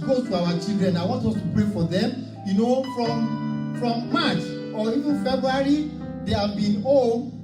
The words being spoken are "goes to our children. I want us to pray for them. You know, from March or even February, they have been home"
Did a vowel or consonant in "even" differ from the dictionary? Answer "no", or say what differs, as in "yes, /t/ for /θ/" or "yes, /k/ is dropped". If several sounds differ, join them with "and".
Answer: no